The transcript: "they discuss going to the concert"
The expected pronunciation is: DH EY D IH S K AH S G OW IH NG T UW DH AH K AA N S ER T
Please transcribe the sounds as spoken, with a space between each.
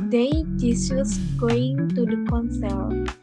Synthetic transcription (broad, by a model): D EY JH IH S AH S G OW IH NG T UW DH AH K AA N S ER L